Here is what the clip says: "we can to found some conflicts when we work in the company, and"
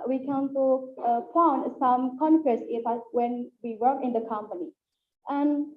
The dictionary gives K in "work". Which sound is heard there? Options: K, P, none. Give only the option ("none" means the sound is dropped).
none